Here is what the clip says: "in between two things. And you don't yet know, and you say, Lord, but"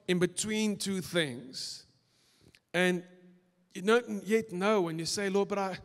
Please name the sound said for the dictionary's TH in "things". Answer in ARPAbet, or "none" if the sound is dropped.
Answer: TH